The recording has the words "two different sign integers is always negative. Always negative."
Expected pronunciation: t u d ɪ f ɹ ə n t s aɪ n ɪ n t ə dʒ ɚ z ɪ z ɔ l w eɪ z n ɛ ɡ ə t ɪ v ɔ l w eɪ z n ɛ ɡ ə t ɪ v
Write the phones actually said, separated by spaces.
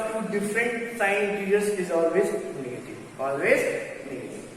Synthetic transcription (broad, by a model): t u d ɪ f ɹ ə n t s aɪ ɪ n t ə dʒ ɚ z ɪ z ɔ l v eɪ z n ɛ ɡ ə t ɪ v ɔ l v eɪ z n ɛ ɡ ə t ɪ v